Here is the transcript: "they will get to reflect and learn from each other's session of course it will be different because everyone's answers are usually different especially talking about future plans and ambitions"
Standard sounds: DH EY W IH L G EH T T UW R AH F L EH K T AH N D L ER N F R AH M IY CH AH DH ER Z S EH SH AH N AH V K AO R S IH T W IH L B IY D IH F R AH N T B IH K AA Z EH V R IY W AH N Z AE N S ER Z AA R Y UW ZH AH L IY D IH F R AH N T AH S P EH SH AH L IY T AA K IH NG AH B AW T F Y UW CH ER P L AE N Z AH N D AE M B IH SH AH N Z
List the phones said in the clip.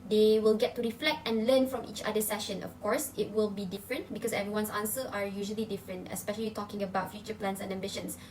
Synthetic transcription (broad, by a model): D EY W IH L G EH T T UW R AH F L EH K T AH N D L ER N F R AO M IY CH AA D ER S EH SH AH N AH F K AO R S IH T W IH L B IY D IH F R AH N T B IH K AA S EH V R IY W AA N S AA N S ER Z AA R Y UW ZH AH L IY D IH F R AH N T AH S P EH SH AH L IY T AA K IH NG AH B AW T F Y UW CH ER P L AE N S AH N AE M B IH SH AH N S